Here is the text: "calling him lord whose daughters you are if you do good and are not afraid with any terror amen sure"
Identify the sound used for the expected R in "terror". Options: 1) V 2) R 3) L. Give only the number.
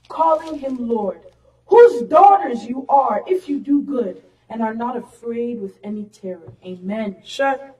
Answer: 2